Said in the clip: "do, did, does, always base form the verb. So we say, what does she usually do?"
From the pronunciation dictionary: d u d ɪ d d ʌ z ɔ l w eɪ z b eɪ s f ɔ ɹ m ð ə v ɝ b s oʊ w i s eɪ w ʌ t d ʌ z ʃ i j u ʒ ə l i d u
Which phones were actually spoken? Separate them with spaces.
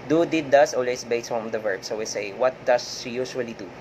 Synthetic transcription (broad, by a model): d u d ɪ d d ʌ s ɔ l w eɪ s b eɪ s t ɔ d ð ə v ɝ b s oʊ w i s eɪ w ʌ t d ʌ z ʃ i j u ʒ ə l i d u